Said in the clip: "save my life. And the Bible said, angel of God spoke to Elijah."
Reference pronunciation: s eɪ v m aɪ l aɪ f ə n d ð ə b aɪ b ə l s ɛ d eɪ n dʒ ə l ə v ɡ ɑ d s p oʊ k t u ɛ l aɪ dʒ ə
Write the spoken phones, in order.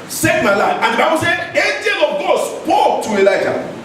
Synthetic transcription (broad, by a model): s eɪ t m aɪ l aɪ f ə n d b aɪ ə s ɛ eɪ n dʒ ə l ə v ɡ ɑ d s p oʊ k t u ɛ l aɪ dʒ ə